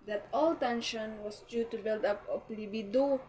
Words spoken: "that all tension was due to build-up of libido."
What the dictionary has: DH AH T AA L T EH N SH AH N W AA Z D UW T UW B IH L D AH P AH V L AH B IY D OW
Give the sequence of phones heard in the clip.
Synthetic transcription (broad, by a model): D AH T AA L T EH N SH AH N W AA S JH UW T UW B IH L D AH P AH P L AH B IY D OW